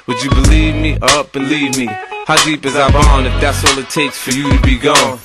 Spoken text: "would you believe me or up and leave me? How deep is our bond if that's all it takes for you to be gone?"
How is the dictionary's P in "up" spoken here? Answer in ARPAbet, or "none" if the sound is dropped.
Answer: B